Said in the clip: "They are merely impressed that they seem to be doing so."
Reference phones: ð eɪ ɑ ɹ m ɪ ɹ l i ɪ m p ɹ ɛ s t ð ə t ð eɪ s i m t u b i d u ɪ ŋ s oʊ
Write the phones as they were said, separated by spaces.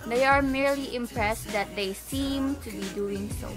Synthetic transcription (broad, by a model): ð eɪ ɑ ɹ m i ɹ l i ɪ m p ɹ ɛ s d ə t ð eɪ s i m t u b i d u ɪ ŋ s oʊ